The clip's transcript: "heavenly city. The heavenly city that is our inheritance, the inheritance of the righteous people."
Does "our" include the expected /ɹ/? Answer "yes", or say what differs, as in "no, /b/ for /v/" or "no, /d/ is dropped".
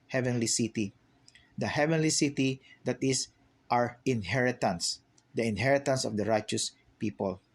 yes